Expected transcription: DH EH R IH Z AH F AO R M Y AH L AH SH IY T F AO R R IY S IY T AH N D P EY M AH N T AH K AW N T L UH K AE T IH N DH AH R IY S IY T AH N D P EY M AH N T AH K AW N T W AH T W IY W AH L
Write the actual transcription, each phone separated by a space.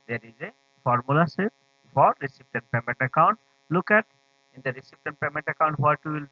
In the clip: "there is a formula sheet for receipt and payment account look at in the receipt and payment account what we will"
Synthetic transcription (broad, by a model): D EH R IH Z AH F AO R M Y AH L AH S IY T F AO R R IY S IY T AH N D P EY M AH N T AH K AW N T L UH K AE T IH N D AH R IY S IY T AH N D P EY M AH N T AH K AW N T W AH T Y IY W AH L